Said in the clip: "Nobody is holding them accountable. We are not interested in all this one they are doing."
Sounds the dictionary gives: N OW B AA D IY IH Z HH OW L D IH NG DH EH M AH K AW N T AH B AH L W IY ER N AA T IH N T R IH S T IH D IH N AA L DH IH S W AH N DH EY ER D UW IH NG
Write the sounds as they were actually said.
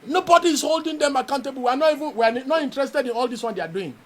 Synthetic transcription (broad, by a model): N OW B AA D IY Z HH OW L D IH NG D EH M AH K AW N T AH B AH N W IY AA N AA T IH N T R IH S T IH D IH N AA L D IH S W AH N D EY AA D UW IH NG